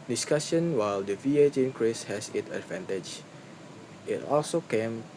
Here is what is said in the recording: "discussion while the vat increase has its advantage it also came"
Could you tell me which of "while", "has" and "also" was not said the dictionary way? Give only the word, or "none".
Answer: has